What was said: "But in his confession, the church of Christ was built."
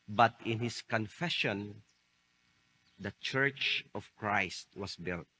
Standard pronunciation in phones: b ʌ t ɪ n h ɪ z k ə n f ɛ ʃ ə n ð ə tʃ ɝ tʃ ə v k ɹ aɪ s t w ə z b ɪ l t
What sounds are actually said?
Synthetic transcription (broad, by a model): b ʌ t ɪ n h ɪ s k ə n f ɛ ʃ ə n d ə tʃ ɝ tʃ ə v k ɹ aɪ s t w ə s b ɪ l t